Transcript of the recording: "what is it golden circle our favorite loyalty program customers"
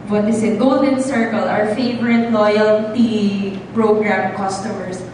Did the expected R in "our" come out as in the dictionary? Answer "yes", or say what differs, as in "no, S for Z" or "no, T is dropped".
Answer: yes